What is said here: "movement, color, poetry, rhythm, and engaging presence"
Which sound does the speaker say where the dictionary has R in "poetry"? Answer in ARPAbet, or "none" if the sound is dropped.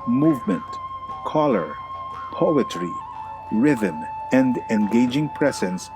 R